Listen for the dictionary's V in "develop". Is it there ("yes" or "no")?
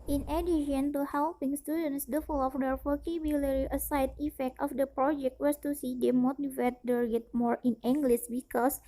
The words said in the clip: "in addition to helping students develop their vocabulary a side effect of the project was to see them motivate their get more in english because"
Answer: no